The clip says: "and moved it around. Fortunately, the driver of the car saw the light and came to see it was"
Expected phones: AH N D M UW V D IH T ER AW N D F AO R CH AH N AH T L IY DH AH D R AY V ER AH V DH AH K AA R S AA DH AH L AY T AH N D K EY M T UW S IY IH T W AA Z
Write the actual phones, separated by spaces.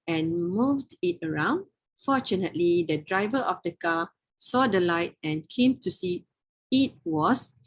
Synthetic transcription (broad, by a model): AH N M UW V D IH T ER AW N D F AO CH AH N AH T L IY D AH D R AY V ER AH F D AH K AA S AA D AH L AY T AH N K EY M T UW S IY IH T W AA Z